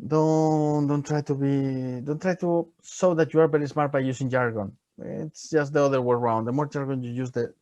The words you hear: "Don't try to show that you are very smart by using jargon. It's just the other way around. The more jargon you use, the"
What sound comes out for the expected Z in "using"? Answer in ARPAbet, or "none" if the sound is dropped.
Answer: S